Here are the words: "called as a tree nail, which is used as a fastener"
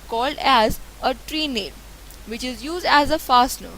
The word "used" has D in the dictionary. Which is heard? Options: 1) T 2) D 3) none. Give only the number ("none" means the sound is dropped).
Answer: 2